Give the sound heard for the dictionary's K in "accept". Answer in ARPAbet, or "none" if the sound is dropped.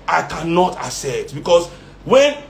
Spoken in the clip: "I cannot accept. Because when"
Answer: none